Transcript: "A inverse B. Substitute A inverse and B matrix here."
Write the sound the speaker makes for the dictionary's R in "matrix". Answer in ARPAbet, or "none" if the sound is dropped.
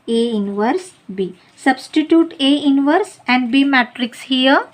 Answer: R